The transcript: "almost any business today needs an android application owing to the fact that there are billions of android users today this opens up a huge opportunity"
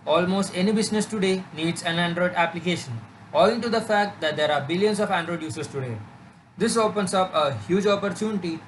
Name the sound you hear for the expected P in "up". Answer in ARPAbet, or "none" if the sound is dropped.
P